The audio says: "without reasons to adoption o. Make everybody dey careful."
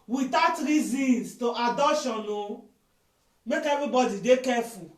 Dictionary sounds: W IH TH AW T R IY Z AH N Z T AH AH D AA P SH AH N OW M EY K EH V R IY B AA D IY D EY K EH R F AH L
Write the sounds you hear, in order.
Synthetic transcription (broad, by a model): W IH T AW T R IY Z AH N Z T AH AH D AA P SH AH N OW M EY K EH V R IY B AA D IY D EY K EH F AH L